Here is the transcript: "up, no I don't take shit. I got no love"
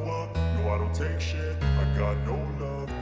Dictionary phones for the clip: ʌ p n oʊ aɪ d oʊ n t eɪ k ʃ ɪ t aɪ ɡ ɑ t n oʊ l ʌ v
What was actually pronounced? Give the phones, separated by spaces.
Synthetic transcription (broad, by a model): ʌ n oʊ aɪ d oʊ n t eɪ k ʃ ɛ aɪ ɡ ɑ t n oʊ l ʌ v